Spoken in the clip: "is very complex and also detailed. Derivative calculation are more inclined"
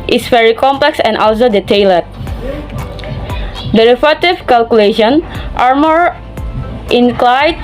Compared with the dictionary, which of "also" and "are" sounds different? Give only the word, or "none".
none